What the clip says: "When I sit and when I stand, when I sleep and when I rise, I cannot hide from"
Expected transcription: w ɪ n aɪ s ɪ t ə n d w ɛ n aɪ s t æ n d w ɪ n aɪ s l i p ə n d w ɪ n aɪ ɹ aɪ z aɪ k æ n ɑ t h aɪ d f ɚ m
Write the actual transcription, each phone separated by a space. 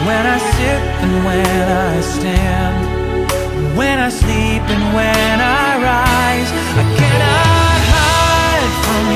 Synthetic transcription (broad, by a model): w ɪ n aɪ s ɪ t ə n w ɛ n aɪ s t æ n d w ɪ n aɪ s l i p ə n w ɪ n aɪ ɹ aɪ z aɪ k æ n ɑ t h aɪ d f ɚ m